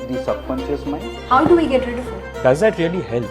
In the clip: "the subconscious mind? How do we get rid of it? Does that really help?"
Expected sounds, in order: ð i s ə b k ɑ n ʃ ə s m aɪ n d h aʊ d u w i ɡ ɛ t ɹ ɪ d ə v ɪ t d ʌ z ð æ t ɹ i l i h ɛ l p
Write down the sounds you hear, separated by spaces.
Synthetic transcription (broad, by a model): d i s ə k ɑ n s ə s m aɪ h aʊ d u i ɡ ɛ t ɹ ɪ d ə f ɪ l d ʌ z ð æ t ɹ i l i h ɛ l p